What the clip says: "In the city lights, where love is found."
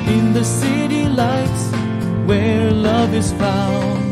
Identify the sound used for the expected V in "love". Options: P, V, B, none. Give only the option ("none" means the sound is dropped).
V